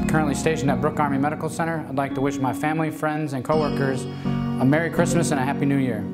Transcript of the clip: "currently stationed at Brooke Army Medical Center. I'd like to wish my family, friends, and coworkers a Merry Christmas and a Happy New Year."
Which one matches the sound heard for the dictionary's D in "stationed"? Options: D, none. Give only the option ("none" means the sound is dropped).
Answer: none